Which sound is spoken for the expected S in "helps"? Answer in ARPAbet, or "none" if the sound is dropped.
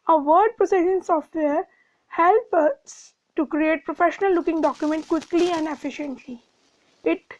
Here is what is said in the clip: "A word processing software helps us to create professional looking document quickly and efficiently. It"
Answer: none